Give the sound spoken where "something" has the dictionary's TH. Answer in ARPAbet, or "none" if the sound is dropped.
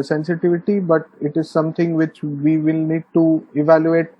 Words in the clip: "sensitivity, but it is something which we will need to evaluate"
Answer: T